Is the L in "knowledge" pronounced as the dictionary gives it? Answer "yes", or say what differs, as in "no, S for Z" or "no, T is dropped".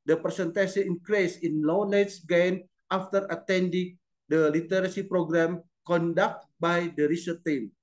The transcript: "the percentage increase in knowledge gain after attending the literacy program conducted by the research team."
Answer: no, N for L